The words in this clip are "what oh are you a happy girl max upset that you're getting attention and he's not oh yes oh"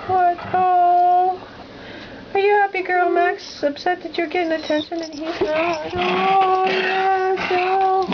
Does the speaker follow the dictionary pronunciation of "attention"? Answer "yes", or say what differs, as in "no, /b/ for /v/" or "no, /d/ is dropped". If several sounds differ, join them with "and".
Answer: yes